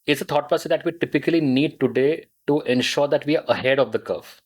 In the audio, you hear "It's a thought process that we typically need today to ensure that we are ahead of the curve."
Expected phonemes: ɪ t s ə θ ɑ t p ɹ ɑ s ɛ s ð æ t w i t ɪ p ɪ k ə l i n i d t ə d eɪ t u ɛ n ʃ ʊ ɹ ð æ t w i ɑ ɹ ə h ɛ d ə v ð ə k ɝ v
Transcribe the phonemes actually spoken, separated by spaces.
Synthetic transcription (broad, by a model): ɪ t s ə t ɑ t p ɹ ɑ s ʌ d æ t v i t ɪ p ɪ k ə l i n i d t ə d eɪ t u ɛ n ʃ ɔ ɹ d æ t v i ɑ ɹ ə h ɛ d ə v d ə k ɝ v